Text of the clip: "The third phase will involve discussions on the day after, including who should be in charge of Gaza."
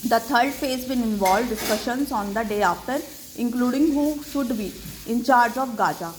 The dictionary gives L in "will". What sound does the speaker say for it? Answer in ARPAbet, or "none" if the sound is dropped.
N